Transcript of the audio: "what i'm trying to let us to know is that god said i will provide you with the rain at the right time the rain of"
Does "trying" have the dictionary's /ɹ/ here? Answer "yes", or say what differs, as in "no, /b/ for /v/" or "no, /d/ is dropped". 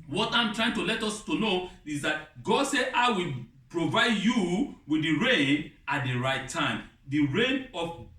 yes